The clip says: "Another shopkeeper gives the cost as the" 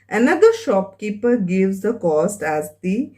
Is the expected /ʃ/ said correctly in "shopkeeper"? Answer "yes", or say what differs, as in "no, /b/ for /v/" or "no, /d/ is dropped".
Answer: yes